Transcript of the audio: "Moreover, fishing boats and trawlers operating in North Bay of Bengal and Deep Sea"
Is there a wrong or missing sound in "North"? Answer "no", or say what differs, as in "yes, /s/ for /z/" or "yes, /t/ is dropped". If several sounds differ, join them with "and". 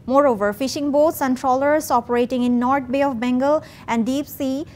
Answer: yes, /t/ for /θ/